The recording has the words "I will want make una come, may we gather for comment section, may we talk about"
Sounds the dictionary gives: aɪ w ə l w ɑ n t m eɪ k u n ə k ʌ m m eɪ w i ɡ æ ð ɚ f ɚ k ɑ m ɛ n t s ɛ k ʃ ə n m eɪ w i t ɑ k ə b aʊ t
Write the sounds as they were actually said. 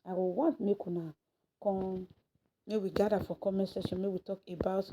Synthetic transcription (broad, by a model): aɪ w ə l w ɑ n t m eɪ k u n ə k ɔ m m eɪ w i ɡ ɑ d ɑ f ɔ k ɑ m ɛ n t s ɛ ʃ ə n m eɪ w i t ɑ k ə b aʊ t